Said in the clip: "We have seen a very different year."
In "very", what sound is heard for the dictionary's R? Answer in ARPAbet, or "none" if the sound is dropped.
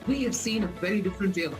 R